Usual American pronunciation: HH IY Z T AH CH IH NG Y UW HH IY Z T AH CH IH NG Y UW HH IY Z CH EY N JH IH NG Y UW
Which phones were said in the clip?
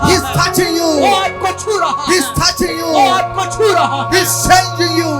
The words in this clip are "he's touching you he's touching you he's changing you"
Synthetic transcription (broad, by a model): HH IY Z T AH CH IH NG Y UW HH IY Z T AH CH IH NG Y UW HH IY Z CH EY L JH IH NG Y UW